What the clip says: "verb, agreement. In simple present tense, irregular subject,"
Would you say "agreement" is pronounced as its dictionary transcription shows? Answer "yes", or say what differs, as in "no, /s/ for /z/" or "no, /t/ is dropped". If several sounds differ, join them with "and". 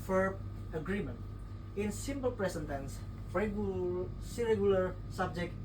yes